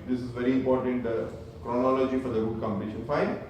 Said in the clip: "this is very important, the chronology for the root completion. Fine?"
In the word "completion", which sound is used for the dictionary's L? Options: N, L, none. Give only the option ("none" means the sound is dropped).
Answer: none